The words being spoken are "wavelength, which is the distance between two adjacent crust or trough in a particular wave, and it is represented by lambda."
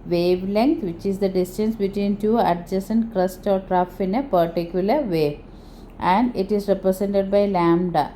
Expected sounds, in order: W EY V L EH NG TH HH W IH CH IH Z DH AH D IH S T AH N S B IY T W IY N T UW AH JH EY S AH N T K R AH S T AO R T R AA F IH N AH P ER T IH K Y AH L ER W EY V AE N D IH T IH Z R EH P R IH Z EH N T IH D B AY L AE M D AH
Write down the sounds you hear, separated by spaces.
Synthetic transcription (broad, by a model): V EY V L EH NG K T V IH CH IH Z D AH D IH S T AH N S B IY T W IY N T UW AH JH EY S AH N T K R AH S T AO R T R AA F IH N AH P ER T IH K Y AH L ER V EY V AE N D IH T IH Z R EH P R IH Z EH N T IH D B AY L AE M D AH